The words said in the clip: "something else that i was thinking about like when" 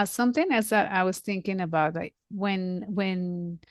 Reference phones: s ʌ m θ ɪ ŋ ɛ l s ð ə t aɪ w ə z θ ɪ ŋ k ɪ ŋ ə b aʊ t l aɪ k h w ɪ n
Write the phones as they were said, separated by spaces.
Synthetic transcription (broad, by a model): s ʌ m θ ɪ ŋ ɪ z ð ə t aɪ w ə z θ ɪ ŋ k ɪ ŋ ə b aʊ t l aɪ k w w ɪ n